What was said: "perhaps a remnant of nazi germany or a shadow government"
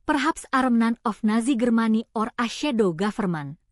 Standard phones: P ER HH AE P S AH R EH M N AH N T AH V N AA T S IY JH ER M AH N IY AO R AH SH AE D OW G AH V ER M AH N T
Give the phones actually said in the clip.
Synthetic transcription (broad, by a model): P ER HH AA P S AH R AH M N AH N AH F N AA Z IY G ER M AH N IY AO R AH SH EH D OW G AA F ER M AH N